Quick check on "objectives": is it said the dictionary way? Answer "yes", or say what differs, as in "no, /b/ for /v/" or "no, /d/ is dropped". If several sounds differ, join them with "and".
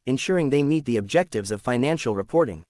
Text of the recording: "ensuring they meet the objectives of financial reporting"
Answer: yes